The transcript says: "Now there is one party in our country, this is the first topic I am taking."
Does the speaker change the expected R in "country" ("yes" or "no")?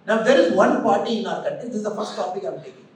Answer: yes